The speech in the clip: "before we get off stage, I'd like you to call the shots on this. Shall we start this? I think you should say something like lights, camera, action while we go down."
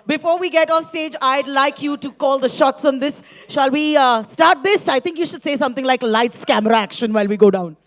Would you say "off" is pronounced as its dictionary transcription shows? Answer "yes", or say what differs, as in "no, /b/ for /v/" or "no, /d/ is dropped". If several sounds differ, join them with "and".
yes